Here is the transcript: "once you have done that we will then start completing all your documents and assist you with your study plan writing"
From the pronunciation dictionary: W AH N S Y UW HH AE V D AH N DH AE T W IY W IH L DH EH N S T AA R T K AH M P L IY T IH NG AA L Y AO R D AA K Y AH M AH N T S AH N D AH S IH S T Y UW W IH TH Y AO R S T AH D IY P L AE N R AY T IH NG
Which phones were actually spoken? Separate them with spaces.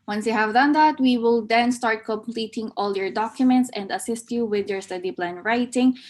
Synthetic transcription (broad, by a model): W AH N S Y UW HH AE V D AH N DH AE T W IY W IH L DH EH N S T AA R T K AH M P L IY T IH NG AA L Y AO R D AA K Y AH M AH N T S AH N D AH S IH S T Y UW W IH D Y AO R S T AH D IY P L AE N R AY T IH NG